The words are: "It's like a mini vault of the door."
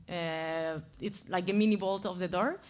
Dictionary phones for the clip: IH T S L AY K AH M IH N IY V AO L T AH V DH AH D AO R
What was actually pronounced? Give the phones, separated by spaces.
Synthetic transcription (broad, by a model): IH T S L AY K AH M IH N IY B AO L T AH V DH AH D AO R